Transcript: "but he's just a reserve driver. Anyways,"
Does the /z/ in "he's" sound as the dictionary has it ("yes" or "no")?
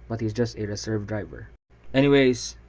yes